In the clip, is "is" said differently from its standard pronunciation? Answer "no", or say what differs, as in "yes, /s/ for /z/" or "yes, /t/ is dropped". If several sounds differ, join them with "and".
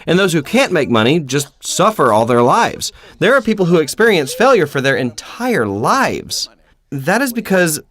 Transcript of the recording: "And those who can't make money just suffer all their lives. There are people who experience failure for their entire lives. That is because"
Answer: no